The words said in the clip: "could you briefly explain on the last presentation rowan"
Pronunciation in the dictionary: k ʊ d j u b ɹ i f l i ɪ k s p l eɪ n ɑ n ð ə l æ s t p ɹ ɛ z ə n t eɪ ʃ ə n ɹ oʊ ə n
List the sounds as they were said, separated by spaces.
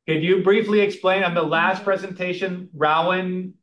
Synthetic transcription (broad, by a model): k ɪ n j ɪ b ɹ i f l i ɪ k s p l eɪ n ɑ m ð ə l æ s t p ɹ ɛ z ə n t eɪ ʃ ə n ɹ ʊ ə n